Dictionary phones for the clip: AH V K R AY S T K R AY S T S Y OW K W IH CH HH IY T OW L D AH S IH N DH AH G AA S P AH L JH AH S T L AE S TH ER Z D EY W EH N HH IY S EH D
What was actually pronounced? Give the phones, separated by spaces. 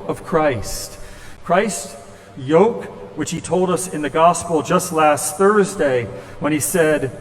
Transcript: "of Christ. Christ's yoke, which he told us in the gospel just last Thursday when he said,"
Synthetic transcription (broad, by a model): AH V K R AY S T K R AY S T Y OW K W IH CH HH IY T OW L D AH S IH N DH AH G AA S P L JH AH S T L AE S TH ER Z D EY W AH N IY S EH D